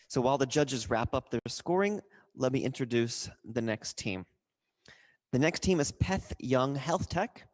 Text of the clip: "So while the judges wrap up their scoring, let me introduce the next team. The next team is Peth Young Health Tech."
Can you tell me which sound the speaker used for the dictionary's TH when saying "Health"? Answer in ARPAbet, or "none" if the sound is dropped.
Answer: TH